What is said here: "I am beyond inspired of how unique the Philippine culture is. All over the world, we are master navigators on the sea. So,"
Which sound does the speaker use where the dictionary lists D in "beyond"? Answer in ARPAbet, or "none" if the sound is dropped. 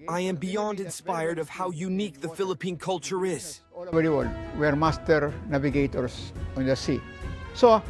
D